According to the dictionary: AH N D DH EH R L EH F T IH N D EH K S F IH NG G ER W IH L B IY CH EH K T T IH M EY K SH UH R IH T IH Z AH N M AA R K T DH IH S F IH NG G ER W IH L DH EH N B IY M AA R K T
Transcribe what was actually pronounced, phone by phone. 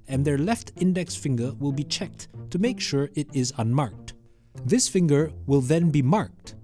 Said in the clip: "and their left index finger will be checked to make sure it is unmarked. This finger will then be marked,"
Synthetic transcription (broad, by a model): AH N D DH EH R L EH F T IH N D EH K S F IH NG G ER W IH L B IY CH EH K T T IH M EY K SH UH R IH T IH Z AH N M AA R K T DH IH S F IH NG G ER W IH L DH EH N B IY M AA R K T